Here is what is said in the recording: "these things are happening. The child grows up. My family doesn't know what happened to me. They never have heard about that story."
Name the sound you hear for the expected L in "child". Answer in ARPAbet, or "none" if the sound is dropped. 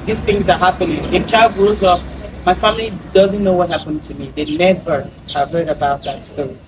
L